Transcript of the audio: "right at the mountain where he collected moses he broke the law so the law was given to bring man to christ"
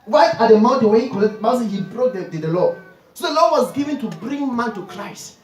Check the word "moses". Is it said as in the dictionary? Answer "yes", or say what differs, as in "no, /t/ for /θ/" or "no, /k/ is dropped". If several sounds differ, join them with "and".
no, /s/ is dropped